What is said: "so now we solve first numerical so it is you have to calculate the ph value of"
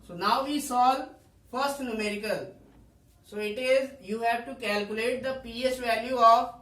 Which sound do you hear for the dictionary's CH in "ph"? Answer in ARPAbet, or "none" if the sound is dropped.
S